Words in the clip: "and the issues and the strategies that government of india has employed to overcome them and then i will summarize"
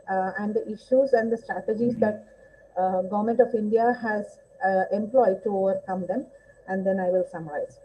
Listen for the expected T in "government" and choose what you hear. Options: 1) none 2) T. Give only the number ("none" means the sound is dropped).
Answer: 2